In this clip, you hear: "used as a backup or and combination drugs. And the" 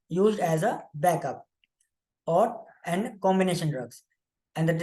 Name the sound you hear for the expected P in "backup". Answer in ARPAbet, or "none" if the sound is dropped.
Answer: P